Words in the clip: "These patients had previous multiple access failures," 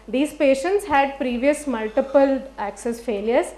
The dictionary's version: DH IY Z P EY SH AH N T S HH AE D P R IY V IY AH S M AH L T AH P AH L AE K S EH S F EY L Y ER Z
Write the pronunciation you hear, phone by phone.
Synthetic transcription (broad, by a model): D IY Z P EY SH AH N T S HH AE D P R IY V IY AH S M AH L T AH P AH L AE K S EH S F EY L Y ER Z